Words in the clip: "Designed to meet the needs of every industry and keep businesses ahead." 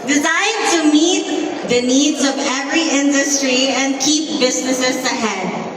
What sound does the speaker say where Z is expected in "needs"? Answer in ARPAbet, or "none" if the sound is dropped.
Z